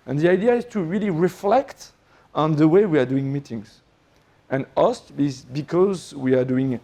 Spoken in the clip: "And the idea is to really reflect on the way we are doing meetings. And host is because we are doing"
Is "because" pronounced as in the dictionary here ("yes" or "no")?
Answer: yes